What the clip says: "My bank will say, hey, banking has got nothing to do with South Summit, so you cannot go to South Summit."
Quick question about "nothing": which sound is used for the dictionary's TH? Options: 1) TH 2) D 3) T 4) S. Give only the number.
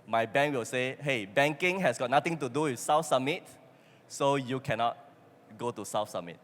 3